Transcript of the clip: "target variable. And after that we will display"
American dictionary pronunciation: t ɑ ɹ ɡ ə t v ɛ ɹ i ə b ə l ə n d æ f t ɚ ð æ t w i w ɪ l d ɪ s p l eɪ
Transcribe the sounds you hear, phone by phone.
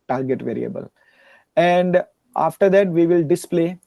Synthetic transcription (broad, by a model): t ɑ ɹ ɡ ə t v ɛ ɹ i ə b ə l ə n d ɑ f t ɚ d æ t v i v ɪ l d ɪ s p l eɪ